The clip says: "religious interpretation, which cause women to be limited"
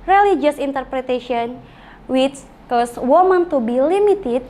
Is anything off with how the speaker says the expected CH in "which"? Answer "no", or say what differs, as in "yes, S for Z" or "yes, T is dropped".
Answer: yes, S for CH